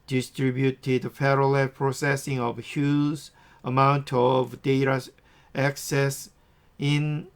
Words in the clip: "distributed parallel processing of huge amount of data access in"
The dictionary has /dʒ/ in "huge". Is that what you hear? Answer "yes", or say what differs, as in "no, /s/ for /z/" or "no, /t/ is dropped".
no, /z/ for /dʒ/